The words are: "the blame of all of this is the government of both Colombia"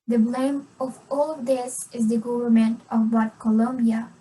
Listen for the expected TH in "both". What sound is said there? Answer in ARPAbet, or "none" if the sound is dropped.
T